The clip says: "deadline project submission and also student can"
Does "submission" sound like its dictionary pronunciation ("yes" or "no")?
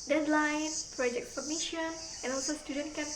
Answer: no